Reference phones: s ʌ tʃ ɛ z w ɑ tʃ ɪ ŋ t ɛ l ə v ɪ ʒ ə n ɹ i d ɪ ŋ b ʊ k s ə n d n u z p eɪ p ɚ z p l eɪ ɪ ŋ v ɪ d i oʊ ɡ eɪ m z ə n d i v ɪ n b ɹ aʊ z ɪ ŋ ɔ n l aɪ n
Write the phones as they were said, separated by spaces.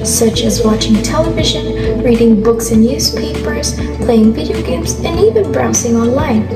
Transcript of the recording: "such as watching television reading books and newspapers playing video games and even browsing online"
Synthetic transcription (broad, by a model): s ʌ tʃ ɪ z w ɑ tʃ ɪ ŋ t ɛ l ə v ɪ ʒ ə n ɹ i d ɪ ŋ b ʊ k s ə n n u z p eɪ p ɚ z p l eɪ ɪ ŋ v ɪ d i oʊ ɡ eɪ m z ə n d i v ɪ n b ɹ aʊ s ɪ ŋ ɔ n l aɪ n